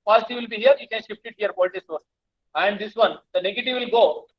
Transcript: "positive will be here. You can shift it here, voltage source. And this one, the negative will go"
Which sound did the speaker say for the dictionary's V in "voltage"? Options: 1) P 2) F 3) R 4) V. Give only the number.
1